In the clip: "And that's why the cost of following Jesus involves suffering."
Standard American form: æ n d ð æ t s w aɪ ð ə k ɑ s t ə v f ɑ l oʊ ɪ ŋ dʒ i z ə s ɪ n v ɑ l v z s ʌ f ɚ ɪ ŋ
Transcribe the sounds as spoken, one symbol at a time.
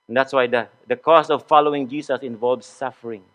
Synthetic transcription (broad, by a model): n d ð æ t s w aɪ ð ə k ɑ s ə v f ɑ l oʊ ɪ ŋ dʒ i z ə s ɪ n v ɑ l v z s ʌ f ɚ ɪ ŋ